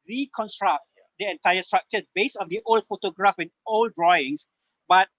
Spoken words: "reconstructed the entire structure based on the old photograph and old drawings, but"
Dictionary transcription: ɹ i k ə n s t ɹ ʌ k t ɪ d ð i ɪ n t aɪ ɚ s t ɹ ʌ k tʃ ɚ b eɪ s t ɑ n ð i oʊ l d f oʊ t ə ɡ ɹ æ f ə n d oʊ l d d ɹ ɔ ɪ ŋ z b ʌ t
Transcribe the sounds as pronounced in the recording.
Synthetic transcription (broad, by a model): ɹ i k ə n s t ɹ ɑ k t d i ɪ n t aɪ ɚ s t ɹ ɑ k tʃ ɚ b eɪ s ɑ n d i oʊ l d f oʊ t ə ɡ ɹ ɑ f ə n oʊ l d d ɹ ɔ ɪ ŋ s b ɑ t